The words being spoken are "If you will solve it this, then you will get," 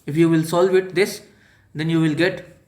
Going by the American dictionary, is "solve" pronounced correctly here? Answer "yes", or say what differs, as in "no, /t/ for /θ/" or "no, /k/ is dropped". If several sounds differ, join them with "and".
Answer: yes